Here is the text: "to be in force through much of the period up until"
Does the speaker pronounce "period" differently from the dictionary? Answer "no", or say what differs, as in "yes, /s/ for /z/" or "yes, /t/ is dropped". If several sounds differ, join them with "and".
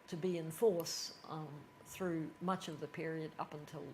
no